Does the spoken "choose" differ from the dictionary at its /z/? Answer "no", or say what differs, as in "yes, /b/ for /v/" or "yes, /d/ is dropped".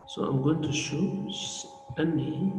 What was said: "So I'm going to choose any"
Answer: yes, /z/ is dropped